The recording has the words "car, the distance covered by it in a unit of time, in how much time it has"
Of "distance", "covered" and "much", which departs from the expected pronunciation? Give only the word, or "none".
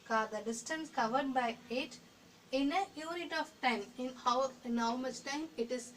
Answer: much